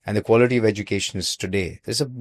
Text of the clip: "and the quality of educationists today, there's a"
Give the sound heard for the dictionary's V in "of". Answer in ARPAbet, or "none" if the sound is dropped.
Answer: V